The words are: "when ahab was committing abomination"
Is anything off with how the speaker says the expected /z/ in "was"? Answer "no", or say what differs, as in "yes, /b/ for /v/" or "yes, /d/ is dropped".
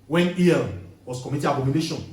yes, /s/ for /z/